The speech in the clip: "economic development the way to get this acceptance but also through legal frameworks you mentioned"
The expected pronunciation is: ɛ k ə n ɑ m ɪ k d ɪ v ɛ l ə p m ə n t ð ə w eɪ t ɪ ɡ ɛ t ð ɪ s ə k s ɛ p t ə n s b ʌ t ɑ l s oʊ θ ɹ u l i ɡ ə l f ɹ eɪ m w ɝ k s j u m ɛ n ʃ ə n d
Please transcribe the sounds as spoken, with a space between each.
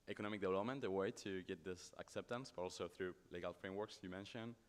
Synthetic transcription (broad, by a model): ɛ k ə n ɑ m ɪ k d ɪ v ɛ l ə p m ə n t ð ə w eɪ t ɪ ɡ ɛ t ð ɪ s ə k s ɛ p t ə n s b ʌ t ɑ l s oʊ θ ɹ u l i ɡ ə l f ɹ eɪ m w ɝ k s j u m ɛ n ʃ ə n